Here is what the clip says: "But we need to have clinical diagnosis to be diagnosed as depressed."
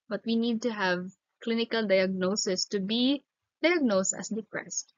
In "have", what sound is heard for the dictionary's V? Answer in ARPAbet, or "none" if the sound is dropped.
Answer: V